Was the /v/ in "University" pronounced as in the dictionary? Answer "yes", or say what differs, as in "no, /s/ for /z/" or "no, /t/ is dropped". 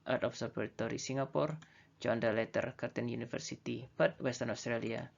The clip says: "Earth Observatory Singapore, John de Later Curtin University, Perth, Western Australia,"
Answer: no, /f/ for /v/